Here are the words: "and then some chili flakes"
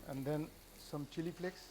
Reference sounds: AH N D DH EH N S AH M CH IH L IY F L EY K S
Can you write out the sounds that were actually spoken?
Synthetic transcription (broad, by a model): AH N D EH N S AH M CH IH L IY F L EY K S